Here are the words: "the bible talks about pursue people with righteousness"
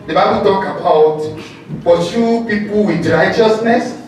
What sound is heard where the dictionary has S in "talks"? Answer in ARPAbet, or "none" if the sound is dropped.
none